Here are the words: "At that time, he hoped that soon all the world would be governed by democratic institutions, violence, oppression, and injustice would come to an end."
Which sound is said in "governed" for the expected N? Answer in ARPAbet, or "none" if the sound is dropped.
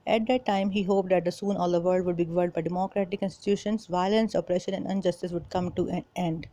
none